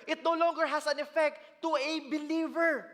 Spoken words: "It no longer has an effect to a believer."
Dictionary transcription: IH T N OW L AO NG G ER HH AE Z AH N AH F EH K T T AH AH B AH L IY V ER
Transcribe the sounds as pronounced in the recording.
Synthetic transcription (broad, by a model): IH T N OW L AO NG G ER HH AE S AH N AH F EH K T T AH AH B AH L IY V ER